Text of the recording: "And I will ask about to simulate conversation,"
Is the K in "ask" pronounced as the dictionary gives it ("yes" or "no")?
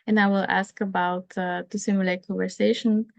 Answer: yes